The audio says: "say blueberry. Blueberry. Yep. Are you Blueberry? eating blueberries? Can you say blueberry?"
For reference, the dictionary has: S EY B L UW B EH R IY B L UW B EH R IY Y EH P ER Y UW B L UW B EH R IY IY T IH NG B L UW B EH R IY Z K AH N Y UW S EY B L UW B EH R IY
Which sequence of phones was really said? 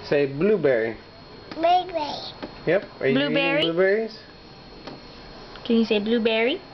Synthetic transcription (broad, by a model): S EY B L UW B EH R IY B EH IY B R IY Y EH P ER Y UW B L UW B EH R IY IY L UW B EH R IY S K AH N Y UW S EY B L UW B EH R IY